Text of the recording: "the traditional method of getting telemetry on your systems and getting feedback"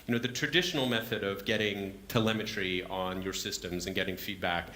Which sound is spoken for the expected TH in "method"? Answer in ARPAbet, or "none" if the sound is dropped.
TH